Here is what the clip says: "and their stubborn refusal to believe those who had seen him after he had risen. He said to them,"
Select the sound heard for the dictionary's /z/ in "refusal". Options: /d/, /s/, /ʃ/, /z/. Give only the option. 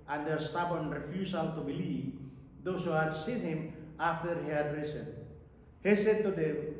/s/